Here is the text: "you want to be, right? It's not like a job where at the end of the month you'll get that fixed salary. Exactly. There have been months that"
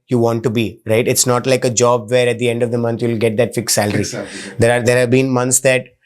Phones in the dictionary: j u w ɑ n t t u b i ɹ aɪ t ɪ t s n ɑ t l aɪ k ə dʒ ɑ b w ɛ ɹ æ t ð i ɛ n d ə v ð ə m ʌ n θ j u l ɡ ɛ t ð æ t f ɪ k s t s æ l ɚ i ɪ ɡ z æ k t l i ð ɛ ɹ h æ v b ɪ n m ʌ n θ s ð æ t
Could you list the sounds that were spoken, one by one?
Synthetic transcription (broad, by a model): j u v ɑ n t t u b i ɹ aɪ t ɪ t s n ɑ t l aɪ k ə dʒ ɑ b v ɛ ɹ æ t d i ɛ n d ə v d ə m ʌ n t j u l ɡ ɛ t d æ t f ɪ k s s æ l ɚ i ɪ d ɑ t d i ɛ ɹ h æ v b ɪ n m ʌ n t s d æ t